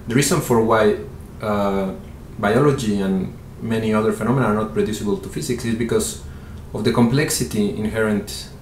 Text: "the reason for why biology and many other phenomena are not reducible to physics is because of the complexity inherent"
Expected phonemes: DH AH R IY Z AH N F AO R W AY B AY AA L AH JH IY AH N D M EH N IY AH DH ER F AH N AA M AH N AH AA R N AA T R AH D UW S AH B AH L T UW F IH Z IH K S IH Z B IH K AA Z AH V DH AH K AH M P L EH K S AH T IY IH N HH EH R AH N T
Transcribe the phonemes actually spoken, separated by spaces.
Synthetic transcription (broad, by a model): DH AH R IY S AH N F AO R W AY B AY AA L AH JH IY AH N M EH N IY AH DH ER F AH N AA M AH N AA R N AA T R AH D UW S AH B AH L T UW F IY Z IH K S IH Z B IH K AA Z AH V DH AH K AH M P L EH K S AH T IY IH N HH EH R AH N T